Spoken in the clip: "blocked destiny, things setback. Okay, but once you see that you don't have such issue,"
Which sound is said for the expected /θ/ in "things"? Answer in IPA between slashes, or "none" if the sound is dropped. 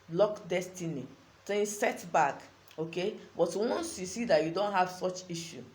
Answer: /t/